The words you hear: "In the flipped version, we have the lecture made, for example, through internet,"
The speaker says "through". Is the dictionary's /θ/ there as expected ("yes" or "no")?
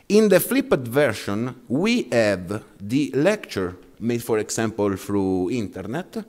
no